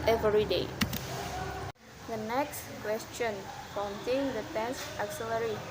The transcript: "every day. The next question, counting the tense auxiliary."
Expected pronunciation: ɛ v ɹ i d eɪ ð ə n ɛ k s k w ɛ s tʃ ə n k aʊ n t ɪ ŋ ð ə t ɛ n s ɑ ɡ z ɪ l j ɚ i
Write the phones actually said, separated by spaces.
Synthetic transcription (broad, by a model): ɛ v ɹ i d eɪ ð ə n ɛ k s k w ɛ s tʃ ə n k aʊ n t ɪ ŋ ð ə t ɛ s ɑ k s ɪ l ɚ i